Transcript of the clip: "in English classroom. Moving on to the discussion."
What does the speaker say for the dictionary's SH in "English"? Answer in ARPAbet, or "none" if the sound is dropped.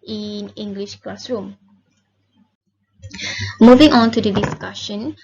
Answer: SH